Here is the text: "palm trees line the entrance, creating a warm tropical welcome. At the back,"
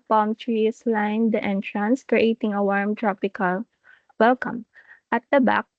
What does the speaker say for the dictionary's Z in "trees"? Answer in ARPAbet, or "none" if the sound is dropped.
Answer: S